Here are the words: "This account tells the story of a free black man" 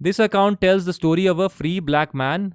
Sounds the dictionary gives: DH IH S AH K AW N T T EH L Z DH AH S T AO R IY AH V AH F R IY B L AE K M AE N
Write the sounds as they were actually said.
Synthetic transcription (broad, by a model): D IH S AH K AW N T T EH L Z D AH S T AO R IY AH V AH F R IY B L AE K M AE N